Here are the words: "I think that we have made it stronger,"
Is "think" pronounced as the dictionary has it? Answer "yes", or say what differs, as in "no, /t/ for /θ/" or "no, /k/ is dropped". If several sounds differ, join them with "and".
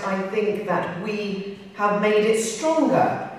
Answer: yes